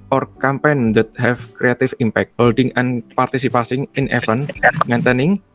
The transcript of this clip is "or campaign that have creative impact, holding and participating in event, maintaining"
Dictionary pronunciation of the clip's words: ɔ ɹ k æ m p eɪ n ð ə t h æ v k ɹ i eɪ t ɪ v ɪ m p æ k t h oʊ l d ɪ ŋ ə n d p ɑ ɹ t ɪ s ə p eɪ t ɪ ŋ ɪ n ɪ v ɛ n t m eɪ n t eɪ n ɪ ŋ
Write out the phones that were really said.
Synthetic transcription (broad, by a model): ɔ ɹ k æ m p eɪ n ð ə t h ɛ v k ɹ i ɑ t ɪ f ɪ m p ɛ k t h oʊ l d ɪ ŋ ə n p ɑ ɹ t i s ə p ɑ s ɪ ŋ ɪ n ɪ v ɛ n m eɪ n t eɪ n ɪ ŋ